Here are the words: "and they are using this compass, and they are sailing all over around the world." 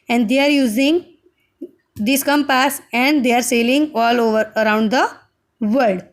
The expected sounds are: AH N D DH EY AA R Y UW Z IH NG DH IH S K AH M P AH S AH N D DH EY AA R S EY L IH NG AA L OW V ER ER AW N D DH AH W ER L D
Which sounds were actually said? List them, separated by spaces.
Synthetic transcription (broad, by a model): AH N D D EY AA R Y UW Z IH NG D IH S K AH M P AH S AH N D EY AA R S EY L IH NG AA L OW V ER ER AW N D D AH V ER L D